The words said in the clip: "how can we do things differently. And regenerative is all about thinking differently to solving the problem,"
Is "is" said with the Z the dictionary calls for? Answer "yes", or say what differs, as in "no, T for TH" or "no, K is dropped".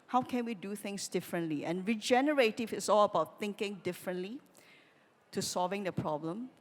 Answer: no, S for Z